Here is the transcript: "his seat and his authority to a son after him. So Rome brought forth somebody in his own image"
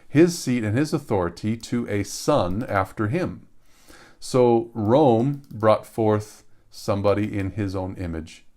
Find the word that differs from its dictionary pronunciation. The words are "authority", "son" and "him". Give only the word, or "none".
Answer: none